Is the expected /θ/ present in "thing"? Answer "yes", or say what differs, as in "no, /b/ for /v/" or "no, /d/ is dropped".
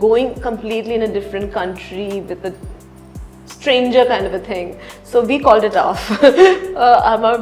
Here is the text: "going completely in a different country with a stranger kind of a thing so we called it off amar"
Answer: no, /t/ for /θ/